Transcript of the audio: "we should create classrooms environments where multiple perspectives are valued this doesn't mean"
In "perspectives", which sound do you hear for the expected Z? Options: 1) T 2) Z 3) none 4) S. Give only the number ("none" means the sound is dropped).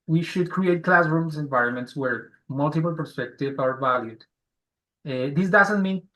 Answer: 3